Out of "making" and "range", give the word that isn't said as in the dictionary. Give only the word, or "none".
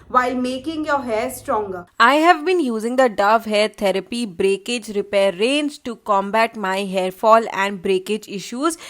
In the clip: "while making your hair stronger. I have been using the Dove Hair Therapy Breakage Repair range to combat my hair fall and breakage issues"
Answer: range